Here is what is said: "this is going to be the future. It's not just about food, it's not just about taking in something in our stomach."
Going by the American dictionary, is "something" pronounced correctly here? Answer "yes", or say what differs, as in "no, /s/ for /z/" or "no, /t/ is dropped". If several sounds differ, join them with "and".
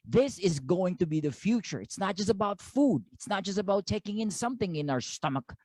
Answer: yes